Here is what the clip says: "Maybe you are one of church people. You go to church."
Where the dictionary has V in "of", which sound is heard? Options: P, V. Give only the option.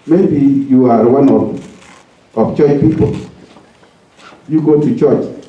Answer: P